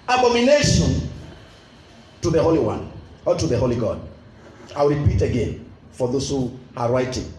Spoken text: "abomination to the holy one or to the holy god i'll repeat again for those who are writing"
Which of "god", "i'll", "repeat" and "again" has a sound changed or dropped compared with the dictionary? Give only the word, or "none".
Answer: i'll